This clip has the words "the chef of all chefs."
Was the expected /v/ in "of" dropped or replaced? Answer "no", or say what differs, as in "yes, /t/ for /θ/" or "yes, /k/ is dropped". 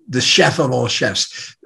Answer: no